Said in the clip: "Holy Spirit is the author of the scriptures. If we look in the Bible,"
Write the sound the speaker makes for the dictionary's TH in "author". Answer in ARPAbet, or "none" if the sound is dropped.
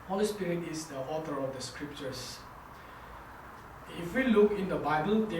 T